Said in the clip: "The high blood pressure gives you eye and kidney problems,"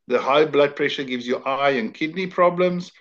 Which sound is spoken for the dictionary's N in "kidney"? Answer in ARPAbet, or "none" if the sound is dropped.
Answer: N